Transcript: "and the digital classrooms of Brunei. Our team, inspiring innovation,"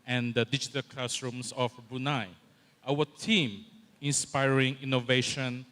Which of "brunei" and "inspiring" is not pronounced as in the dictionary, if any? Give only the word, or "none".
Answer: brunei